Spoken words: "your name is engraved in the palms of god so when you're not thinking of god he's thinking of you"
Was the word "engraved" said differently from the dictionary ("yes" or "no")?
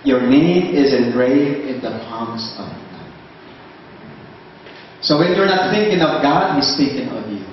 yes